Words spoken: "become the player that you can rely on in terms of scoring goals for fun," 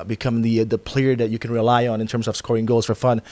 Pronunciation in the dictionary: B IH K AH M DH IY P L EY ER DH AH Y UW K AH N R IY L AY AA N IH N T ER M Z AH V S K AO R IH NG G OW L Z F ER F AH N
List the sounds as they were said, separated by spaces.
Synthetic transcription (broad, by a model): B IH K AH M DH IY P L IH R DH AH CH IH K AH N R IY L AY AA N IH N T ER M Z AH V S K AO R IH NG G OW L Z F ER F AH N